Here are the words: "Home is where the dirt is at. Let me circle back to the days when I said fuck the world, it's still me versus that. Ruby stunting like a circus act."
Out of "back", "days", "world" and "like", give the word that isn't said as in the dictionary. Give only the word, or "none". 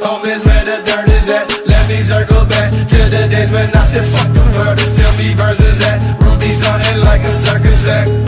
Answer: world